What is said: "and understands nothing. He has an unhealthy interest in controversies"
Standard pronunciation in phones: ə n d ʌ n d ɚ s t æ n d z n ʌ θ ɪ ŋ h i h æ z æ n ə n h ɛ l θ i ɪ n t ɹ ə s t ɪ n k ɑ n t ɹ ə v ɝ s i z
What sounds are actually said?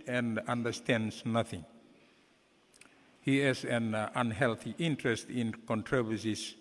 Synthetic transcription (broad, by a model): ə n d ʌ n d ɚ s t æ n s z n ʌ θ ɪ ŋ h i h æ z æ n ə n h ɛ l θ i ɪ n t ɹ ə s t ɪ n k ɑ n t ɹ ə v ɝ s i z